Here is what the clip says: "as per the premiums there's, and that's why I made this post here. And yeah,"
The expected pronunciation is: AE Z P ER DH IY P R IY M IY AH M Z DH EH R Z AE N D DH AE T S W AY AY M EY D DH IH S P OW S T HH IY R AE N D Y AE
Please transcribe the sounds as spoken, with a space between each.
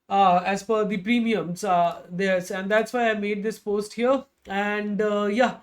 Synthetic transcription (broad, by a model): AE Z F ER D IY P R IY M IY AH M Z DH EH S AE N D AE T S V AY AY M EY D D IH S P OW S T HH IY R AE N D Y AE